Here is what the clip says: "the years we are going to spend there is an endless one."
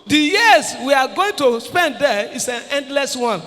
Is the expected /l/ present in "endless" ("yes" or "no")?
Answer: yes